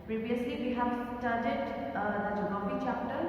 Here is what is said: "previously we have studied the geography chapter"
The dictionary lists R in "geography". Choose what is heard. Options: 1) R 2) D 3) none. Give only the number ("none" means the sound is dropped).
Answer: 3